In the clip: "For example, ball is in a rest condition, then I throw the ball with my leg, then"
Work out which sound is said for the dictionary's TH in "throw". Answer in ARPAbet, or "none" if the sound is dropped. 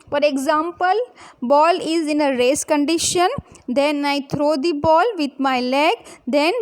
T